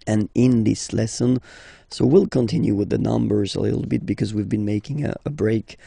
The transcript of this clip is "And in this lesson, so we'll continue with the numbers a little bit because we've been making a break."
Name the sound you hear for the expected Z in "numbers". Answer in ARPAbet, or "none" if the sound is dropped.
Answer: Z